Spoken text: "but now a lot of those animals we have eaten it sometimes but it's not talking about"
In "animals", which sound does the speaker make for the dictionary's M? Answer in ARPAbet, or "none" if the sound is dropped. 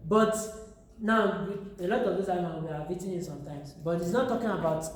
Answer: none